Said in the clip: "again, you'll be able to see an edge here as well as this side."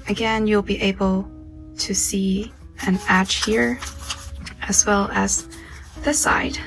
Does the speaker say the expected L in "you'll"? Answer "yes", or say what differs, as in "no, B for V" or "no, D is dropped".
yes